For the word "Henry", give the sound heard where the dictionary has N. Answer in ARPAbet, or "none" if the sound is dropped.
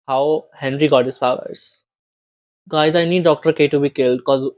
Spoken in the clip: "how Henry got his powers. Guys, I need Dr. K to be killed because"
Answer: N